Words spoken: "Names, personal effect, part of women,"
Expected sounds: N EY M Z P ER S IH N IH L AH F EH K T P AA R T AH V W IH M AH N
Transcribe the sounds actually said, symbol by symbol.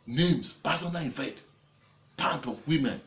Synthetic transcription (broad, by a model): N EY M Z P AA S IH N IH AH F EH T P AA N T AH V W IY M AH N